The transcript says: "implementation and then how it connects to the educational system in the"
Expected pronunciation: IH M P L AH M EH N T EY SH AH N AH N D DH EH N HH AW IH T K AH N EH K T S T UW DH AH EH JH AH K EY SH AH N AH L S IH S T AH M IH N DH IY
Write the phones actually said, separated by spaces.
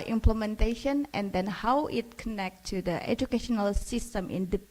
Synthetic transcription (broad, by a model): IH M P L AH M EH N T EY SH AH N AH N D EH N HH AW IH T K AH N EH K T T UW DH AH EH JH AH K EY SH AH N AH L S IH S T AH M IH N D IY